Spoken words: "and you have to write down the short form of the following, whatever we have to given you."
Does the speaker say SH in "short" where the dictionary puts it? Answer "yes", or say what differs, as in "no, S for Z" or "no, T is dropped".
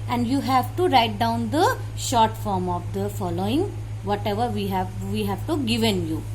yes